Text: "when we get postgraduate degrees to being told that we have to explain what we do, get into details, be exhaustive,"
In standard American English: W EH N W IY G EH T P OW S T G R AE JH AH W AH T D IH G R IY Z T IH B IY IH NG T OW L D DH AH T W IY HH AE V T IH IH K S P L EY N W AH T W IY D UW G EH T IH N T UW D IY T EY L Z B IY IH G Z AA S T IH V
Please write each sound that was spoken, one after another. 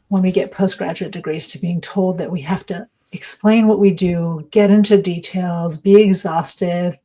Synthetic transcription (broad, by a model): W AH N W IY G EH T P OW S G R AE JH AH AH T D IH G R IY Z T IH B IY IH NG T OW L D DH AH T W IY HH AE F T IH IH K S P L EY N W AH T W IY D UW G EH T IH N T UW D IY T EY L Z B IY IH G Z AA S T IH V